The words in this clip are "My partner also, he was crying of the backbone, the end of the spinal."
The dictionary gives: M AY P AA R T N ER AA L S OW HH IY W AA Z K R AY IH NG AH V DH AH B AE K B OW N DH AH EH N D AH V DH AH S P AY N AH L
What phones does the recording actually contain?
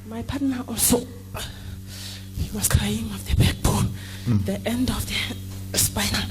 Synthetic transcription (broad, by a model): M AY P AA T N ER AA L S OW HH IY W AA S K R AY IH NG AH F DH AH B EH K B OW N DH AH EH N D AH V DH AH S P AY N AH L